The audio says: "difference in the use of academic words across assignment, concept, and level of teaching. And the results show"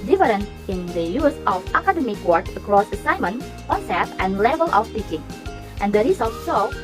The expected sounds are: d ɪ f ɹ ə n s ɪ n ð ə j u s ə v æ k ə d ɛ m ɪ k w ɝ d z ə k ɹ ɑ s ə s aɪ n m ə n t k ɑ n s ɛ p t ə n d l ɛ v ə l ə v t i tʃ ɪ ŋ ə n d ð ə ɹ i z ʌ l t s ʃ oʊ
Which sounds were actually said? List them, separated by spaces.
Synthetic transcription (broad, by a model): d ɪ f ɹ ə n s ɪ n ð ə j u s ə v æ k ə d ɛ m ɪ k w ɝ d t ə k ɹ ɑ s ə s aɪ m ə n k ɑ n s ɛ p ə n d l ɛ v ə l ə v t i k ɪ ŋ ə n d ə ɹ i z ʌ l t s oʊ